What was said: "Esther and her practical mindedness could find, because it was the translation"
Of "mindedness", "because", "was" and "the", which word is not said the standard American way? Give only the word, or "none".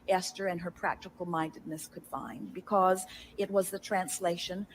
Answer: none